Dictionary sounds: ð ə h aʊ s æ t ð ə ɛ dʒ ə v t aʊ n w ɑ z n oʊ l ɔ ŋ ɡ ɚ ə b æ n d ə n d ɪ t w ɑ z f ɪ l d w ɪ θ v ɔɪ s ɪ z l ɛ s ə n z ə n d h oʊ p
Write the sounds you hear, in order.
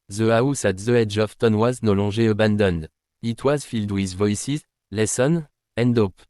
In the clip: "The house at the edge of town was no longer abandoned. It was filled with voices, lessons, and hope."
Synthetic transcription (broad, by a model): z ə aʊ s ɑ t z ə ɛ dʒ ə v t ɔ n w ɑ z n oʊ l ɔ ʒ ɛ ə b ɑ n d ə n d ɪ t w ɑ z f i l d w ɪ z v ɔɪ s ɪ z l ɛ s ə n ə n d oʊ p